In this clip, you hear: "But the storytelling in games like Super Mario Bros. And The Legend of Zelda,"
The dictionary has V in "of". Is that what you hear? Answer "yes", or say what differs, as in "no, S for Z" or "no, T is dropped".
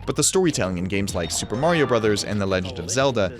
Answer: yes